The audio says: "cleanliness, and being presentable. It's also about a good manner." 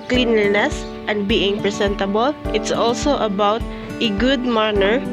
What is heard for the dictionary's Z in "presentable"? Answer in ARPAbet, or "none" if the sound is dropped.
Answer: S